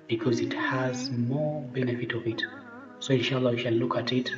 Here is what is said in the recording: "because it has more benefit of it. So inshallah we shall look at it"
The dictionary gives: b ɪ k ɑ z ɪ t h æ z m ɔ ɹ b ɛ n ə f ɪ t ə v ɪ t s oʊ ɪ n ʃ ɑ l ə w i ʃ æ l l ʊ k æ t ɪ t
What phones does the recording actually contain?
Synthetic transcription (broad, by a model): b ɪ k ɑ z ɪ t h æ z m ɔ ɹ b ɛ n ə f ɪ t ə v ɪ t s oʊ ɪ n ʃ ɑ l ə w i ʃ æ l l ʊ k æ t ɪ t